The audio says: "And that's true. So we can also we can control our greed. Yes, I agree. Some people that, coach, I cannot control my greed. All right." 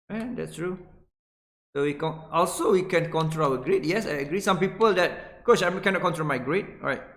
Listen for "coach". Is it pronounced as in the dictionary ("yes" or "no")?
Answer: no